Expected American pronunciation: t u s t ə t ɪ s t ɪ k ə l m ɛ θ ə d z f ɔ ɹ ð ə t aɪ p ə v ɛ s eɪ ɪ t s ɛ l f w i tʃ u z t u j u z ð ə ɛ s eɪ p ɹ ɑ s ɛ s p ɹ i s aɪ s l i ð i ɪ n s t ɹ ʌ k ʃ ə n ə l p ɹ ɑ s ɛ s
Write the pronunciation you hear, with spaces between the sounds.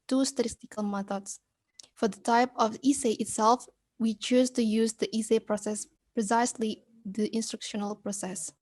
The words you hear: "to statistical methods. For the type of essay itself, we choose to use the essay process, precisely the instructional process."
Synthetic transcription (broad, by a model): t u s t ə t ɪ s t ɪ k ə l m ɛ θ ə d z f ɔ ɹ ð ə t aɪ p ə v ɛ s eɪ ɪ t s ɛ l f w i tʃ u z t u j u z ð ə ɛ s eɪ p ɹ ɑ s ɛ s p ɹ i s aɪ s l i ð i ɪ n s t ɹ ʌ k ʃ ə n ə l p ɹ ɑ s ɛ s